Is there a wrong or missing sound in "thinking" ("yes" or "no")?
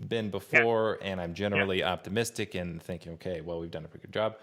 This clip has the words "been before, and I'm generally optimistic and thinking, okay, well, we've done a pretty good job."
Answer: no